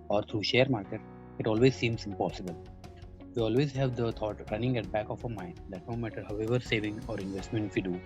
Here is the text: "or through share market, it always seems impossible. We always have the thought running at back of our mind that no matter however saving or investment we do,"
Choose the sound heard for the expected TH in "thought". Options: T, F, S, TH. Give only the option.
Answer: T